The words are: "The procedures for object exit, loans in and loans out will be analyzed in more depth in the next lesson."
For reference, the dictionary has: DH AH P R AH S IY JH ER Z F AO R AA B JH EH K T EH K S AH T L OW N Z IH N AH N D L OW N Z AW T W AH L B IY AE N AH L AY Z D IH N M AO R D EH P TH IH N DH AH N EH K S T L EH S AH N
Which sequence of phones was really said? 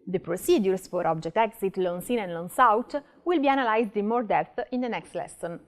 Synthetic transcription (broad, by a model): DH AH P R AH S IY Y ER S F AO R AA B JH EH K T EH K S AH T L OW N S IH N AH N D L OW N S AW T W AH L B IY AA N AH L AY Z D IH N M AO R D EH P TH IH N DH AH N EH K S T L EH S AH N